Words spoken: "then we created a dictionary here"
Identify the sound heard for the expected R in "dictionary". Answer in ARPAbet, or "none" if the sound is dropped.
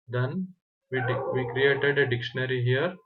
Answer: R